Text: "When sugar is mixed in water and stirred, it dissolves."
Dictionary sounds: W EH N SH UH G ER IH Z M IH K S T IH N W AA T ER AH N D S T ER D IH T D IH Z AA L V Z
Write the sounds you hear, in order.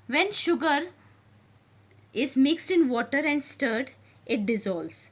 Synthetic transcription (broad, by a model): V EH N SH UH G ER IH Z M IH K S T IH N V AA T ER AH N D S T ER D IH T D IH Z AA L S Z